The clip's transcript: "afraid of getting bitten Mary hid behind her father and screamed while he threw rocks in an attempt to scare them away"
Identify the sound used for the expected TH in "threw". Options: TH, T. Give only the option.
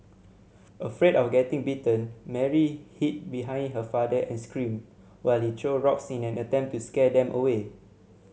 T